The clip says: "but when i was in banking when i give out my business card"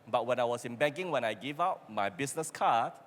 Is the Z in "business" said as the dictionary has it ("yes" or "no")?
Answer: no